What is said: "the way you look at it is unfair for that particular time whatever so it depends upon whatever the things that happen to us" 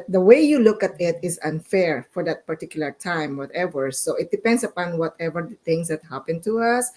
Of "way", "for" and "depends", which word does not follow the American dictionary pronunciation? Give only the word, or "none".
depends